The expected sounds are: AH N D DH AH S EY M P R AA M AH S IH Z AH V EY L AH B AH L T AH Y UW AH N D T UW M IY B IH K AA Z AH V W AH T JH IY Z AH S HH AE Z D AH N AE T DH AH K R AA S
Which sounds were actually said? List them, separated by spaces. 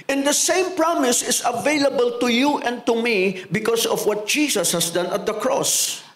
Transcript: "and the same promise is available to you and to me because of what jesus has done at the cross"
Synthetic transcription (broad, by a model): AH N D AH S EY M P R AA M AH S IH S AH V EY L AH B AH L T AH Y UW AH N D T UW M IY B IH K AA S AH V W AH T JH IY S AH S HH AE S D AH N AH T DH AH K R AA S